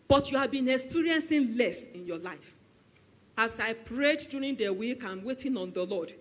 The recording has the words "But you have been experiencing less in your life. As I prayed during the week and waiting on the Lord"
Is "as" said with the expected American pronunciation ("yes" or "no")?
no